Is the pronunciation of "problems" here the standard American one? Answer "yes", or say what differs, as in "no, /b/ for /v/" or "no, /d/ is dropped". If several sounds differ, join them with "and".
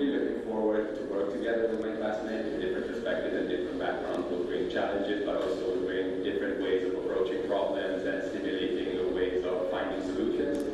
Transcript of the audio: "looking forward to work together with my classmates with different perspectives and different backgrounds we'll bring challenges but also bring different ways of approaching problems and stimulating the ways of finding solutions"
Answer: yes